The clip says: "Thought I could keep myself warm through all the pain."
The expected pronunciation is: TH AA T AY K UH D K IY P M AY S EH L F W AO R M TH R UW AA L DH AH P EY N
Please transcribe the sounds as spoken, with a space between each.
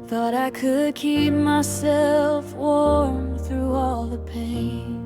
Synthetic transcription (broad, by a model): TH AA T AY K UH D K IY P M AY S EH L F W AO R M TH R UW AA L DH AH P EY N